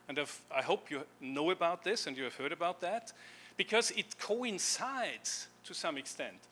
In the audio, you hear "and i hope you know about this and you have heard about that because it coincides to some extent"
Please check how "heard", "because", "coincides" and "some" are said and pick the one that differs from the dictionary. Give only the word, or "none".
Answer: none